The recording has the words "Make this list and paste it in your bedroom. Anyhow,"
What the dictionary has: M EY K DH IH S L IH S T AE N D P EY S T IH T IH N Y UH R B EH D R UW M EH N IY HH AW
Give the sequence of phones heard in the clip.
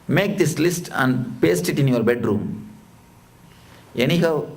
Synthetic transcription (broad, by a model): M EY K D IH S L IH S T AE N D P EY S T IH T IH N Y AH R B EH D R UW M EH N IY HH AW